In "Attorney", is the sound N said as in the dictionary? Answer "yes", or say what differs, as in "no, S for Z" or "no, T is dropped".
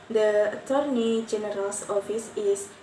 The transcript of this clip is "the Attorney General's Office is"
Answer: yes